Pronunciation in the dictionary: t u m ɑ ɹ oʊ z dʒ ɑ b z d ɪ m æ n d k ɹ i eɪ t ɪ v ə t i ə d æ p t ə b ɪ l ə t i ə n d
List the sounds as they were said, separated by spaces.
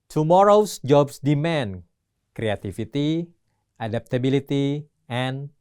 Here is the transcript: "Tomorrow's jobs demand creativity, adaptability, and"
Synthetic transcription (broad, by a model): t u m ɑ ɹ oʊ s dʒ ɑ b s d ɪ m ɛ n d k ɹ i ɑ t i f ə t i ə d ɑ p t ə b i l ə t i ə n